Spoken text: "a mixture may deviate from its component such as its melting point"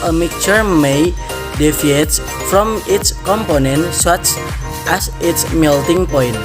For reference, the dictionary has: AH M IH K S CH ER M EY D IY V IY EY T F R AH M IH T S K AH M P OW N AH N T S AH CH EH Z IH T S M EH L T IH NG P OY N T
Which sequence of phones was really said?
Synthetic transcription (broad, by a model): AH M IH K CH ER M EY D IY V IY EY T F R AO M IH T S K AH M P OW N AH N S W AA CH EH S IH T S M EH L T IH NG P OY N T